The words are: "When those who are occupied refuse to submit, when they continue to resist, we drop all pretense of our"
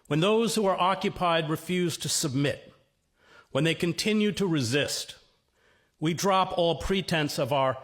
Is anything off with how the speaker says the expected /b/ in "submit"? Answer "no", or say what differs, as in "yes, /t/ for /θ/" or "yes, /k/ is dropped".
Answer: no